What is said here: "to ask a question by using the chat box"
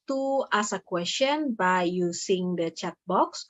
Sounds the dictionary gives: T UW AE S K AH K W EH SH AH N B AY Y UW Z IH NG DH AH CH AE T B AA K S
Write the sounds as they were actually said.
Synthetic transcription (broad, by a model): T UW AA S AH K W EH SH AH N B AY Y UW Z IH NG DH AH CH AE T B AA K S